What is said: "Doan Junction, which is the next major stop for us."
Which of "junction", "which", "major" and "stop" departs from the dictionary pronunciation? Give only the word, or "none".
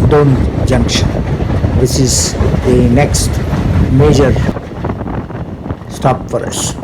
which